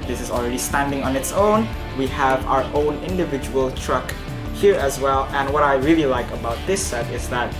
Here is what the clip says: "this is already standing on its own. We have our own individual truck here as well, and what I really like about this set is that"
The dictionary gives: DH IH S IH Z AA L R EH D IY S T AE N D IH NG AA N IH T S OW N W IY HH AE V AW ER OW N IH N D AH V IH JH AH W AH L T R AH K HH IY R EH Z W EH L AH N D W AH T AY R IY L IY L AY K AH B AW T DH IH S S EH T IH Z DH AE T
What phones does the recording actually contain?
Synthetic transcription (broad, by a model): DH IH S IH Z AA L R EH D IY S T AE N D IH NG AA N IH T S OW N W IY HH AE V AW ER OW N IH N D AH V IH JH AH W AH L T R AH K HH IY R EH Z W EH L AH N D W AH T AY R IY L IY L AY K AH B AW T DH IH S S EH T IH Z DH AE T